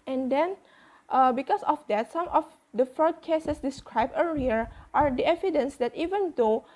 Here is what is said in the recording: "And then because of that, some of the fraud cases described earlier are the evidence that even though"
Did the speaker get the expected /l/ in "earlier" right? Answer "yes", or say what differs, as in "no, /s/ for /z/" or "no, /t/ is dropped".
no, /l/ is dropped